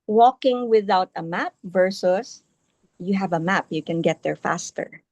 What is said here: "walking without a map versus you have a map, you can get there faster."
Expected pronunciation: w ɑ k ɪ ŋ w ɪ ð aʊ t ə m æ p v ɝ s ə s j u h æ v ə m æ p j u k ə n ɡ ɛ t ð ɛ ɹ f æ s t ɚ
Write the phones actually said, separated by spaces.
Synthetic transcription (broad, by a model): w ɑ k ɪ ŋ w ɪ ð aʊ t ə m æ p v ɝ s ə s j u h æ v ə m æ p j u k ə n ɡ ɛ t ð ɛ ɹ f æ s t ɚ